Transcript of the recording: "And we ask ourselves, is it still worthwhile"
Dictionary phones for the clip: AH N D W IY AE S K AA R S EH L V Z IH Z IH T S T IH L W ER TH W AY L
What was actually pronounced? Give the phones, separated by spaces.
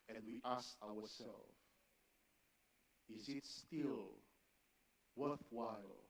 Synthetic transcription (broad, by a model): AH N D W IY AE S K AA W S EH L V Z IH Z IH T S T IH L W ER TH W AY L